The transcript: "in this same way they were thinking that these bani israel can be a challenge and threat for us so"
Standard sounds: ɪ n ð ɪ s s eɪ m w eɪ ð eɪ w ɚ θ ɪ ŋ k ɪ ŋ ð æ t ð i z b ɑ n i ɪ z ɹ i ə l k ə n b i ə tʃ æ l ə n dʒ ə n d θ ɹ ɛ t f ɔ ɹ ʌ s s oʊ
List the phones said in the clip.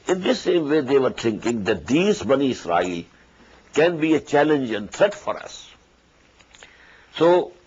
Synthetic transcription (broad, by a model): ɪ n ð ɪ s s eɪ m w eɪ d eɪ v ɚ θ ɪ ŋ k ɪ ŋ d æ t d i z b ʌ n i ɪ s ɹ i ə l k ə n b i ə tʃ æ l ə n dʒ ə n d t ɹ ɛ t f ɔ ɹ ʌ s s oʊ